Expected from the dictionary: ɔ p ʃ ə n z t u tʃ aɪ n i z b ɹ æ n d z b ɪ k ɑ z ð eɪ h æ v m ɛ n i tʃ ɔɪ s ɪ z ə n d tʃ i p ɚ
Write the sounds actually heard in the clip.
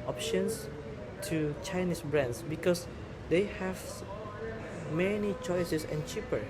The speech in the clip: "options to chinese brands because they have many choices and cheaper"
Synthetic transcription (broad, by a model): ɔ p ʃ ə n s t u tʃ aɪ n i s b ɹ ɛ n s b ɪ k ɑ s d eɪ h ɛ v m ɛ n i tʃ ɔɪ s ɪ s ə n tʃ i p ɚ